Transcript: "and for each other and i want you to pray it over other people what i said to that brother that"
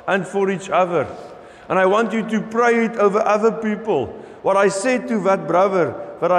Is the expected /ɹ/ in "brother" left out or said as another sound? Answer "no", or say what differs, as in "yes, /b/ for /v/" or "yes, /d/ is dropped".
no